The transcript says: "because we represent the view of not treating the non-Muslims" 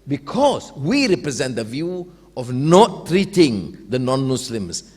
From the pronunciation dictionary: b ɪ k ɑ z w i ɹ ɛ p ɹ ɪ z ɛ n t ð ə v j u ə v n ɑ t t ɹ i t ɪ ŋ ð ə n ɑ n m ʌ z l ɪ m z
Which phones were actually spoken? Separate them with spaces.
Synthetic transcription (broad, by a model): b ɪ k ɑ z w i ɹ ɛ p ɹ ɪ z ɛ n t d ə v j u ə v n ɑ t t ɹ i t ɪ ŋ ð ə n ɑ n m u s l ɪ m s